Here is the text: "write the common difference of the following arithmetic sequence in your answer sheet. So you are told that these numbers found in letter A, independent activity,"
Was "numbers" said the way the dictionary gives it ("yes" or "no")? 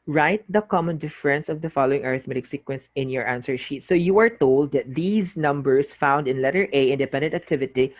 no